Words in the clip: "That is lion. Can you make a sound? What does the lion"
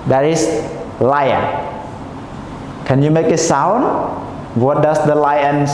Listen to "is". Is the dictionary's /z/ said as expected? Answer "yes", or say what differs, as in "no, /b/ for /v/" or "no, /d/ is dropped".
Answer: no, /s/ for /z/